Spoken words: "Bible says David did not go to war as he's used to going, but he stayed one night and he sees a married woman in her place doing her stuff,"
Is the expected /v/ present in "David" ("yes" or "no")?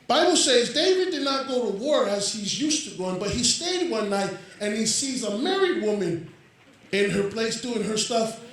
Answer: yes